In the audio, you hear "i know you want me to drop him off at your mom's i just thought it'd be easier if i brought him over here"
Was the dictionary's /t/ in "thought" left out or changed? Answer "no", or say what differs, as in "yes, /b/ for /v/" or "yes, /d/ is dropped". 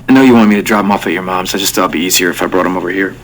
yes, /t/ is dropped